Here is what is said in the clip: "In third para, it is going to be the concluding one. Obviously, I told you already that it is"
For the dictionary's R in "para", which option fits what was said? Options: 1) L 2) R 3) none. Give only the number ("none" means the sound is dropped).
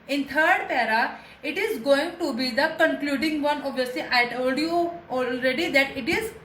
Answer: 2